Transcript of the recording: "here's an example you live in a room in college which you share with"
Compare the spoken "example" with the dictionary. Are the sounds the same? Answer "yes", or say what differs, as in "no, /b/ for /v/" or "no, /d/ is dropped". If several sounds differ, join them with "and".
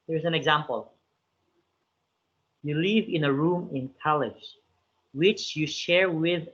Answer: yes